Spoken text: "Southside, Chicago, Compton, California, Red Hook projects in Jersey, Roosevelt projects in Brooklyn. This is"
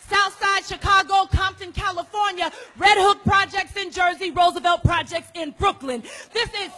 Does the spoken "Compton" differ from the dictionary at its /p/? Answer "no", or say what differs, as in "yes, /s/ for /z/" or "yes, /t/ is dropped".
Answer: no